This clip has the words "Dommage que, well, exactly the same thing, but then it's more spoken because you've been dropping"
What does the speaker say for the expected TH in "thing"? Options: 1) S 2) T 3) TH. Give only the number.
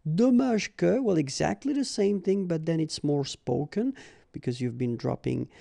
3